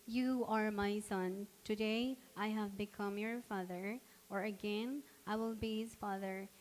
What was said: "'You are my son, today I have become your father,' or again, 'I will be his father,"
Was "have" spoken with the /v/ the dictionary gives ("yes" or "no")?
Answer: yes